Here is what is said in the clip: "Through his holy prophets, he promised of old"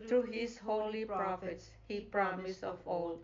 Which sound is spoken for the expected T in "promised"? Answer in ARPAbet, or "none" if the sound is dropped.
none